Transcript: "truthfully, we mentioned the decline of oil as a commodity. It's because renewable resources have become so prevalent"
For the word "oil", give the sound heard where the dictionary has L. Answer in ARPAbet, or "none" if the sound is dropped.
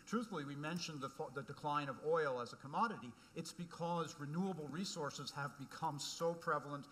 L